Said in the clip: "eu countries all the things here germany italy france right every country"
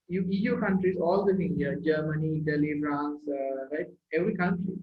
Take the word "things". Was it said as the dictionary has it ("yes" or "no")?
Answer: no